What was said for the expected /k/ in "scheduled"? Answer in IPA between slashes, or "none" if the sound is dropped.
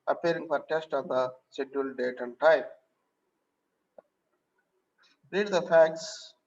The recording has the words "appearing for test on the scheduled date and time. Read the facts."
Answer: none